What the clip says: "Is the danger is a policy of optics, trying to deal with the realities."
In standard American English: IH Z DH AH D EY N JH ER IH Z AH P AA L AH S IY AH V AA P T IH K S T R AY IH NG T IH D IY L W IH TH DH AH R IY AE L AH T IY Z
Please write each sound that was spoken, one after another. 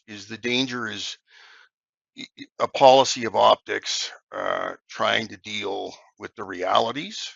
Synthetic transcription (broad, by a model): IH Z DH AH D EY N JH ER IH Z AH P AA L AH S IY AH V AA P T IH K S T R AY IH NG T IH D IY L W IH DH AH R IY AE L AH T IY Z